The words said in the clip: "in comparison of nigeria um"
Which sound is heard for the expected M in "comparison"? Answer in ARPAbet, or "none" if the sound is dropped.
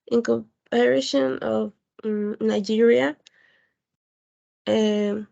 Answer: none